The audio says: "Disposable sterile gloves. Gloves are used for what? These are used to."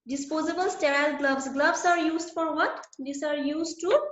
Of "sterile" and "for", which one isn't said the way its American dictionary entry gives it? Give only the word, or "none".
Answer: none